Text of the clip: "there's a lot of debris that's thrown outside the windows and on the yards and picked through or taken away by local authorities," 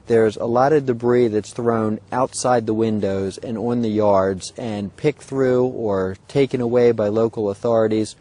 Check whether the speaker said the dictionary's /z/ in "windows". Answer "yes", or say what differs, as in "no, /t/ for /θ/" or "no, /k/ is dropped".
yes